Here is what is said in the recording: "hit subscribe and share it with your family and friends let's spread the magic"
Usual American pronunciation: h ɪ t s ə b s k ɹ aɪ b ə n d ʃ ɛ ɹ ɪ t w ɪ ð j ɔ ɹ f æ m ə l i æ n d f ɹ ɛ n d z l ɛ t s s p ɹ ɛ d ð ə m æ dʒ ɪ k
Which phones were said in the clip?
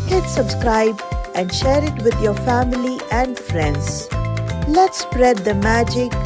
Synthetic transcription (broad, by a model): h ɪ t s ə b s k ɹ aɪ b ə n d ʃ ɛ ɹ ɪ t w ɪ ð j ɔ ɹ f æ m ə l i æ n d f ɹ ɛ n d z l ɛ t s s p ɹ ɛ d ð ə m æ dʒ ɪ k